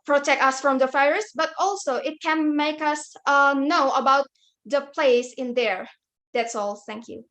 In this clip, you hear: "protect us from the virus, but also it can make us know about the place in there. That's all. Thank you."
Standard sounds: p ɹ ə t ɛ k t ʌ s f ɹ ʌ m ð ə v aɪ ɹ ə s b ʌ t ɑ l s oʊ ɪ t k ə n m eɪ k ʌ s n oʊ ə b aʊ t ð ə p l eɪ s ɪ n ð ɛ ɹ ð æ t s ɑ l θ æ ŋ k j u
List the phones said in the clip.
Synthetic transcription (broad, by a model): p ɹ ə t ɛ k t ʌ s f ɹ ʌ m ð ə f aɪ ɹ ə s b ʌ t ɑ l s oʊ ɪ t k ə n m eɪ k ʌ s n oʊ ə b aʊ t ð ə p l eɪ s ɪ n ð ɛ ɹ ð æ t s ɑ l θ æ ŋ k j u